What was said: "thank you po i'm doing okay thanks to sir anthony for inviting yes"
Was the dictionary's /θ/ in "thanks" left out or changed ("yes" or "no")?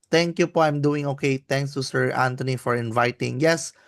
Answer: yes